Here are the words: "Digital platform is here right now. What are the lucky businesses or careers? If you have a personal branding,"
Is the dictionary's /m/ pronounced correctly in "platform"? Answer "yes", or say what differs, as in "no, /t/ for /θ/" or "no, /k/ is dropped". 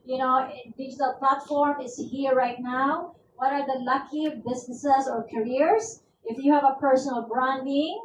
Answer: yes